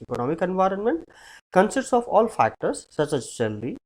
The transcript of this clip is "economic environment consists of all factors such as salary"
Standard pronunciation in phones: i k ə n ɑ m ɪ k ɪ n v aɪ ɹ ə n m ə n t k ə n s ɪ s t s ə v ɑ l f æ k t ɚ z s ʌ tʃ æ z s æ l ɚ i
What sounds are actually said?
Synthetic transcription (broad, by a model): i k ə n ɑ m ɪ k ɪ n v aɪ ɹ ə n m ə n t k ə n s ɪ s t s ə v ɑ l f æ k t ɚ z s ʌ tʃ æ z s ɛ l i